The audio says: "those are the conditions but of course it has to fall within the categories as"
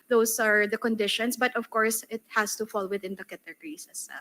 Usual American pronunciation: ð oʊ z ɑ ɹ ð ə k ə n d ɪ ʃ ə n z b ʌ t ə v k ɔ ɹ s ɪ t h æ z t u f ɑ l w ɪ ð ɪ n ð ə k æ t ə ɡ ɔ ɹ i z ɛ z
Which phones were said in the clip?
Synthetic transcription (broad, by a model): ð oʊ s ɑ ɹ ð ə k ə n d ɪ ʃ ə n s b ʌ t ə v k ɔ ɹ s ɪ t h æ s t u f ɑ l w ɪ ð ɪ n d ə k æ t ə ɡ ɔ ɹ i s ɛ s